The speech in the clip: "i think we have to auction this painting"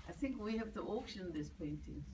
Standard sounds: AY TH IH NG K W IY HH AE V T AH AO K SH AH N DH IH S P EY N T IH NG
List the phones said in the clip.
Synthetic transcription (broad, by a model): AY TH IH NG K W IY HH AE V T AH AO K SH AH N DH IH S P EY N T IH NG